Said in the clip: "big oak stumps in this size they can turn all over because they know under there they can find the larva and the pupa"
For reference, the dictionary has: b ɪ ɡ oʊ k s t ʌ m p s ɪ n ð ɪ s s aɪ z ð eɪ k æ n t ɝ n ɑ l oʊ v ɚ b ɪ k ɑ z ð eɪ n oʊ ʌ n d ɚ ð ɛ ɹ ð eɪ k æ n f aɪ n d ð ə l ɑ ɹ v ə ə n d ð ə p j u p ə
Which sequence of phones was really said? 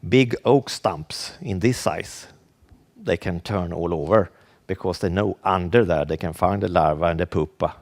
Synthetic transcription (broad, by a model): b ɪ ɡ oʊ k s t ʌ m p s ɪ n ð ɪ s s aɪ s ð eɪ k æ n t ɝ n ɑ l oʊ v ɚ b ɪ k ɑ s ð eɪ n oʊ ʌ n d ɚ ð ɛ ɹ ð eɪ k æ n f aɪ n d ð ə l ɑ ɹ v ə ə n d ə p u p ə